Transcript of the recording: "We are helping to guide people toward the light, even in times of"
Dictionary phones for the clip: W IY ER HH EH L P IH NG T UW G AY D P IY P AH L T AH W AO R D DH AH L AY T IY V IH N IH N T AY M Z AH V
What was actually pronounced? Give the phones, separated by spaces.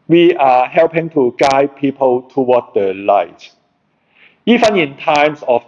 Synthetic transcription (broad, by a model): W IY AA HH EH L P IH NG T UW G AY P IY P AH L T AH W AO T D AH L AY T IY F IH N IH N T AY M S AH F